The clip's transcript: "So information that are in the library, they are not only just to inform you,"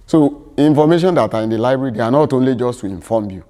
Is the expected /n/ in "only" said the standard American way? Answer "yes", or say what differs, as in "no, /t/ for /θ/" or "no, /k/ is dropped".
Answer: yes